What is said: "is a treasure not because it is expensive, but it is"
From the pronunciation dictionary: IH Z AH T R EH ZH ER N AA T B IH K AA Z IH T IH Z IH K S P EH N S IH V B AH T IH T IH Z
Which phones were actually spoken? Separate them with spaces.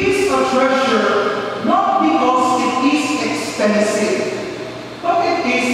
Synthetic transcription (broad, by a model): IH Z AH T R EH SH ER N AA T B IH K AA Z IH T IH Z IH K S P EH N S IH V B AH T IH T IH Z